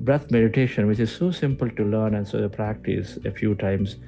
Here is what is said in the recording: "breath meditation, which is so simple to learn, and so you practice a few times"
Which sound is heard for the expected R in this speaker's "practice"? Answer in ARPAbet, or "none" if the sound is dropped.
R